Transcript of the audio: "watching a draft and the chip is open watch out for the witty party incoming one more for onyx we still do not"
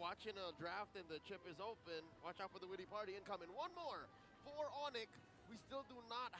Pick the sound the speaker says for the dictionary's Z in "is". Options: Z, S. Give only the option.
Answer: Z